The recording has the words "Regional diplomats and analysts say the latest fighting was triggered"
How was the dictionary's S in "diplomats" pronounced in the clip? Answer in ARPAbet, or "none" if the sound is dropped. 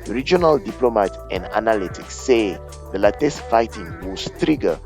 none